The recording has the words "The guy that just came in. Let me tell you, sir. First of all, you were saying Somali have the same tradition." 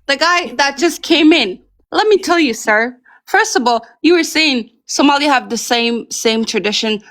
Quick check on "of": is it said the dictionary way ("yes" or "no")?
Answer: yes